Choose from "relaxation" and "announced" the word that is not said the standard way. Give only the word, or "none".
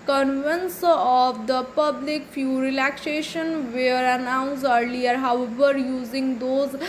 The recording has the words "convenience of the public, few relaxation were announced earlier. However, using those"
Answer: announced